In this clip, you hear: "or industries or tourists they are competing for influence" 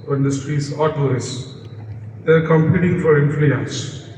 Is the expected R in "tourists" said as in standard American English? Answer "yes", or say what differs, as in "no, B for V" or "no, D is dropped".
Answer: no, R is dropped